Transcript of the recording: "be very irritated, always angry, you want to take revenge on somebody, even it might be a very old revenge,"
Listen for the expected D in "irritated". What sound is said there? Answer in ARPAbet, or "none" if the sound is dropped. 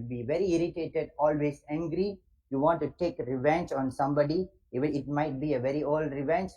D